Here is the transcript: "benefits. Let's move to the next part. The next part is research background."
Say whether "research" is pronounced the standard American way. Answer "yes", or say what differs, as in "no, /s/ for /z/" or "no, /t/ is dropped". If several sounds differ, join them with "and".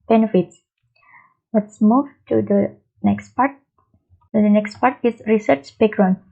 yes